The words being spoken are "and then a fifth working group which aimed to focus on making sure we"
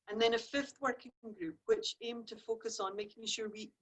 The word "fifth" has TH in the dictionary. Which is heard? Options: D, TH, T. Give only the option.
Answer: TH